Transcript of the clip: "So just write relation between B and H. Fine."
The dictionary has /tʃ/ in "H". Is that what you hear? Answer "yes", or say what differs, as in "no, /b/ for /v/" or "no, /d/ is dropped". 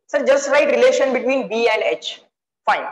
yes